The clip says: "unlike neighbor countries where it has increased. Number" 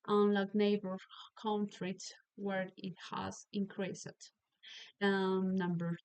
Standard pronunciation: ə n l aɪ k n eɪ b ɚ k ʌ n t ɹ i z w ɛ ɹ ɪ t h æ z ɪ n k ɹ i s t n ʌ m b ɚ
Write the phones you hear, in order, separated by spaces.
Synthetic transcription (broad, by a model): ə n l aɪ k n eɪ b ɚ k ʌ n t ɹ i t w ɛ ɹ ɪ t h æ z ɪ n k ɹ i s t n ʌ m b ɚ